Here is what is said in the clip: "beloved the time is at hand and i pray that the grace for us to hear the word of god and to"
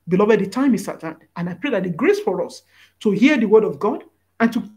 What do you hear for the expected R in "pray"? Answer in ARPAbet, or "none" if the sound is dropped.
R